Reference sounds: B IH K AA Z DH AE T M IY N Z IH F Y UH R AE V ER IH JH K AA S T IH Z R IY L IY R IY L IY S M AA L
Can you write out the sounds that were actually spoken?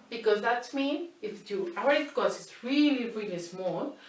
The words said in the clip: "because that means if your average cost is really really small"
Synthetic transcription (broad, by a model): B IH K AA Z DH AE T M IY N IH F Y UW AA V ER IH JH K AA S IH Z R IY L IY R IY L IY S M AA L